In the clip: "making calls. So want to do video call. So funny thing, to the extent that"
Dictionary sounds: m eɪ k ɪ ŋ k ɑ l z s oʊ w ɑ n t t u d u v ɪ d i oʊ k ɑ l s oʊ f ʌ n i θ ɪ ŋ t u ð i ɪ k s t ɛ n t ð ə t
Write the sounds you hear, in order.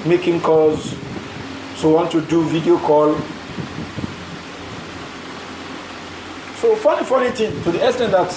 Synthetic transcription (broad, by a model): m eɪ k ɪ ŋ k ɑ z s oʊ w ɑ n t t u d u v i d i oʊ k ɑ l s oʊ f ʌ n i f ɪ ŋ t u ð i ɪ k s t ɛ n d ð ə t